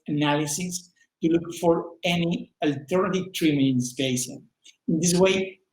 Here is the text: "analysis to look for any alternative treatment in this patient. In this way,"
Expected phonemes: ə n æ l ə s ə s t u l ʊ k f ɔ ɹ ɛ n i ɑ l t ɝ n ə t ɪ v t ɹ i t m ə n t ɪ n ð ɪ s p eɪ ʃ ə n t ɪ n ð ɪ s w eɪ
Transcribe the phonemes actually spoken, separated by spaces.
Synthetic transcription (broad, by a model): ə n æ l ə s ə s t u l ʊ k f ɔ ɹ ɛ n i ɑ l t ɝ n ə t ɪ v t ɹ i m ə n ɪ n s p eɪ s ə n ɪ n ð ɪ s w eɪ